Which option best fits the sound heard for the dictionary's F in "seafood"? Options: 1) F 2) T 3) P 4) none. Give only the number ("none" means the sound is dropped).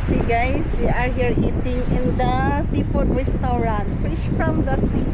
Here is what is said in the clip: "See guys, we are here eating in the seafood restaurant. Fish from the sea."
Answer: 3